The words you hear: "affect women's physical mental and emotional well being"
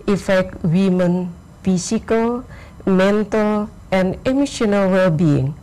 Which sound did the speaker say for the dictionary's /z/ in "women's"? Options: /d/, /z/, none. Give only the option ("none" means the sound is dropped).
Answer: none